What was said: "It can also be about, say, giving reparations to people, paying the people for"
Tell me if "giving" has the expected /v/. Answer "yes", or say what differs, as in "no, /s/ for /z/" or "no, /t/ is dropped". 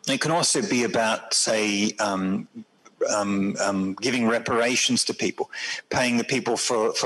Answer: yes